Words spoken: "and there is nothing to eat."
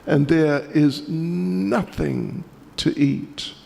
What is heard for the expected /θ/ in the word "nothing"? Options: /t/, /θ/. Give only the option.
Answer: /θ/